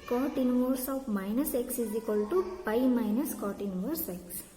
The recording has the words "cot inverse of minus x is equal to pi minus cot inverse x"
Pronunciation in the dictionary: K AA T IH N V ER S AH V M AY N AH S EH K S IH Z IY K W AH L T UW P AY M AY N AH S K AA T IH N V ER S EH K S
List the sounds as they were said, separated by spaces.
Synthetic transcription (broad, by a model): K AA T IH N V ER S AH W M AY N AH S EH K S IH Z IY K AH L T UW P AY M AY N AH S K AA T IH N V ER S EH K S